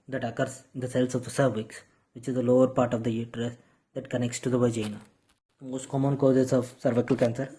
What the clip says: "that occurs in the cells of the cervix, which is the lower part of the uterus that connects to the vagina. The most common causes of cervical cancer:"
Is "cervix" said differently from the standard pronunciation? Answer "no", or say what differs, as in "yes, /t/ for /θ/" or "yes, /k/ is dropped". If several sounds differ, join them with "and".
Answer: no